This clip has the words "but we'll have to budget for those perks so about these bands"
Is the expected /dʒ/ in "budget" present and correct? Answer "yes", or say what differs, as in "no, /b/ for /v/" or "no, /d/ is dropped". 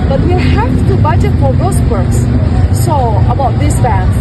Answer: no, /dʒ/ is dropped